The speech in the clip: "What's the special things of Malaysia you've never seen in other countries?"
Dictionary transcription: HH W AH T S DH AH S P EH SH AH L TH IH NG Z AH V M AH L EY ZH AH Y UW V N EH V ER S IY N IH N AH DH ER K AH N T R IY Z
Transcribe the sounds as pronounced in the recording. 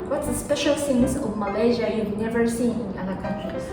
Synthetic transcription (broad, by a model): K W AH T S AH S P EH SH AH L S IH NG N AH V M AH L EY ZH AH Y UW V N EH V ER S IY N IH N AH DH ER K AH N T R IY